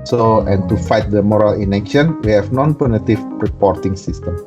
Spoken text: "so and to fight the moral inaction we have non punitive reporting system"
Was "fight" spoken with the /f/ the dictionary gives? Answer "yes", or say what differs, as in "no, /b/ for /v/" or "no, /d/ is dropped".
yes